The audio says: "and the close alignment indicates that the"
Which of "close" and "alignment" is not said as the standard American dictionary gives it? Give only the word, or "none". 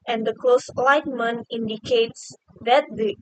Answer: alignment